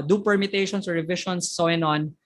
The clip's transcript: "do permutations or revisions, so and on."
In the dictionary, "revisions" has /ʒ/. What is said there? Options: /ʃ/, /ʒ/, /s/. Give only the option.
/ʃ/